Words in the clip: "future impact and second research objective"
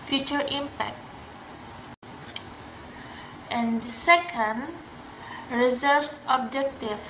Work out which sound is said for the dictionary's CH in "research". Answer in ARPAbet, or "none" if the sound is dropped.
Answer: S